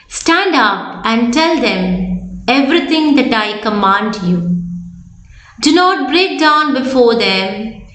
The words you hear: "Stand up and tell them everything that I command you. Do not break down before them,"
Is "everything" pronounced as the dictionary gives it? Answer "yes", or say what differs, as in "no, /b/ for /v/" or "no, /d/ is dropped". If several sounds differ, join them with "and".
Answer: no, /t/ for /θ/